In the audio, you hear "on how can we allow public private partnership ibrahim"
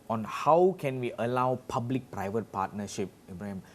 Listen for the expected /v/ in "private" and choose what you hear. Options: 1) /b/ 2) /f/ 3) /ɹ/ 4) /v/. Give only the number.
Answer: 4